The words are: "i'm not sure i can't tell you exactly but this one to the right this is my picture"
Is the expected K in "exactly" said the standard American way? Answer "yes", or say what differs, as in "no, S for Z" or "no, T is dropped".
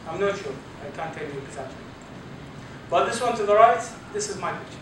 no, K is dropped